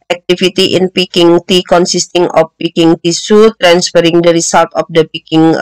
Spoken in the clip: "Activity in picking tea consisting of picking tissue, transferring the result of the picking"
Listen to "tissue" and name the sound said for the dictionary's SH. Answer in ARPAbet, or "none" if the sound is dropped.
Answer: S